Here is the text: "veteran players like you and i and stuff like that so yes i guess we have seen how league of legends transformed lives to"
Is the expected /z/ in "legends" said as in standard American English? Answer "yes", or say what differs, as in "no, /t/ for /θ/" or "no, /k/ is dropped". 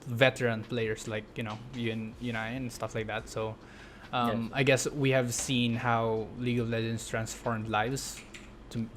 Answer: no, /s/ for /z/